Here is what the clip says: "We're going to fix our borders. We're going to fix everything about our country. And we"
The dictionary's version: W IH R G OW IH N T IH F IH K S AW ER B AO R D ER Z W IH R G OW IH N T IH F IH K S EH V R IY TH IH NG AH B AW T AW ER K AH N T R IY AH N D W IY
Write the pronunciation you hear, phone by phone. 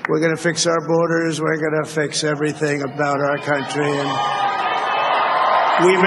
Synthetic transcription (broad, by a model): W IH R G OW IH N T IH F IH K S AW ER B AO R D ER Z W IH R G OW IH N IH F IH K S EH V R IY TH IH NG AH B AW T AW ER K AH N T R IY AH N W IY